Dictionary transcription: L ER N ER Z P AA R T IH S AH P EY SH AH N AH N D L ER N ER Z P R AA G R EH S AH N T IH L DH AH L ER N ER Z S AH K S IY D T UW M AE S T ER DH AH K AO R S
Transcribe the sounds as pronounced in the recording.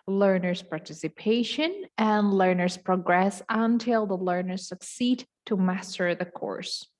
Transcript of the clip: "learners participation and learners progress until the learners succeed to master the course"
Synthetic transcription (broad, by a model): L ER N ER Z P AA R T IH S AH P EY SH AH N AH N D L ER N ER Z P R AA G R EH S AH N T IH L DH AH L ER N ER Z S AH K S IY D T UW M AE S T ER DH AH K AO R S